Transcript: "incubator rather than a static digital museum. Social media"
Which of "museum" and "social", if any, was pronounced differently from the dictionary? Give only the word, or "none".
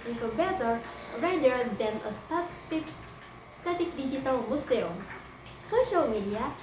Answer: museum